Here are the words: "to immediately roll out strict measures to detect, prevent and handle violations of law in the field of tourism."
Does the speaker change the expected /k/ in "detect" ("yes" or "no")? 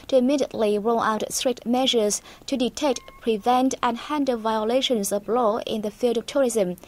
no